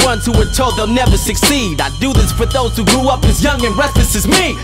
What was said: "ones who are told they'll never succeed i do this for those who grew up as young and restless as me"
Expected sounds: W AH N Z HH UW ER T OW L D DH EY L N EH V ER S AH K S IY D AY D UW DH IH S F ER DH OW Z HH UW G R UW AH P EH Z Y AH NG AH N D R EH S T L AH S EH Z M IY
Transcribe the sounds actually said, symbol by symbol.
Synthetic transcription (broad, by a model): W AH N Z HH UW ER T OW L D DH EY L N EH V ER S AH K S IY D AY D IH DH IH S F ER DH OW Z HH UW G R UW AH P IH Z Y AH NG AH N R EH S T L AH S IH Z M IY